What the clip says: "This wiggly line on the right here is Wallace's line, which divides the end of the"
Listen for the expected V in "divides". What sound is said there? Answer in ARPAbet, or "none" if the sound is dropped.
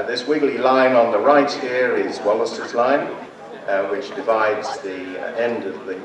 V